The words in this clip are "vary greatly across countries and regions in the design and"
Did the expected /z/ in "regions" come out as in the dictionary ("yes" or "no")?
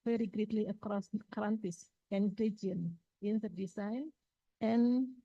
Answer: no